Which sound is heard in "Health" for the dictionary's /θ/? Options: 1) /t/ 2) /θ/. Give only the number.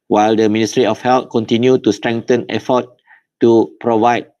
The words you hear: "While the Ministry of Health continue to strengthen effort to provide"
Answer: 1